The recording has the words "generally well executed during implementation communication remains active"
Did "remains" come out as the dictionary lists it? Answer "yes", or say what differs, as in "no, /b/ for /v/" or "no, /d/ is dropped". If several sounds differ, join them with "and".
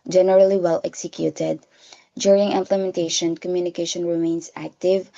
no, /s/ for /z/